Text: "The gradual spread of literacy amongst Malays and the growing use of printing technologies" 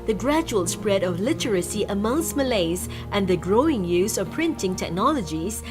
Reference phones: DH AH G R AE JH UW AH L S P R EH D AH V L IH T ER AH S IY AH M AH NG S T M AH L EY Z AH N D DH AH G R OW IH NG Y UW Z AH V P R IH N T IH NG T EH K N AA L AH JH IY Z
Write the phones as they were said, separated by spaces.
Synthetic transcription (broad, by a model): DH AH G R AE JH UW AH L S P R EH D AH V L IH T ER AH S IY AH M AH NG S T M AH L EY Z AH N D DH AH G R OW IH NG Y UW Z AH V P R IH N T IH NG T EH K N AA L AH JH IY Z